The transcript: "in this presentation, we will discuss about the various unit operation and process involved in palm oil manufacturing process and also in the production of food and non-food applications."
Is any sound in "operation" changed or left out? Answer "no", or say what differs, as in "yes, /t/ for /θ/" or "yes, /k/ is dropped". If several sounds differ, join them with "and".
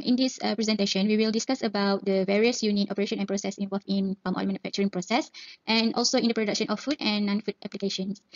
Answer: no